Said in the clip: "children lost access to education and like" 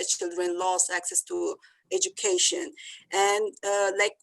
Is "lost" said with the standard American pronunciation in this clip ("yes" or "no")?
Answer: no